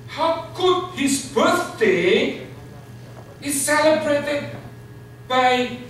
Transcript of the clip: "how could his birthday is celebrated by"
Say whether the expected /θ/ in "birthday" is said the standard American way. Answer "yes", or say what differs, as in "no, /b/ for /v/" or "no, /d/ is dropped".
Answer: no, /s/ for /θ/